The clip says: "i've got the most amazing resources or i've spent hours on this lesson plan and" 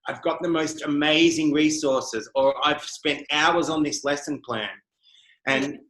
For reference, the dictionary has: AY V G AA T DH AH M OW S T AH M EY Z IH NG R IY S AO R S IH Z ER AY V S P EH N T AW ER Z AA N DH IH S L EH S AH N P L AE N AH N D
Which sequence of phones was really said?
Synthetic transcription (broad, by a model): AY V G AA T DH AH M OW S T AH M EY Z IH NG R IY S AO R S IH Z ER AY V S P EH N T AW ER Z N DH IH S L EH S AH N P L AE N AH N